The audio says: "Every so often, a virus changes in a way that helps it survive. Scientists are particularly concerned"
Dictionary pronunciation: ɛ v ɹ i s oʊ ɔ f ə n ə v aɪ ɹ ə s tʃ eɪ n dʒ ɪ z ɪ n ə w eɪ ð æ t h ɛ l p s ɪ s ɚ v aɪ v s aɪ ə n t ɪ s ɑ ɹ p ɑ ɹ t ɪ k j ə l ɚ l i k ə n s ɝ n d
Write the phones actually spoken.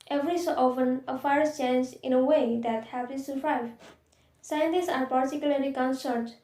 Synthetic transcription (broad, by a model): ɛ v ɹ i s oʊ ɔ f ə n ə f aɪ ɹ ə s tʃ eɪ n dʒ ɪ ɪ n ə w eɪ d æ t h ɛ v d ɪ s ɚ v aɪ v s aɪ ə n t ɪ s ɑ ɹ p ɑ ɹ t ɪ k j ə l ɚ l i k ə n s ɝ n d